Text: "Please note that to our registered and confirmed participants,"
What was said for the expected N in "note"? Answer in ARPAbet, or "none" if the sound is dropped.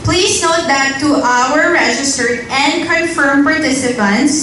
N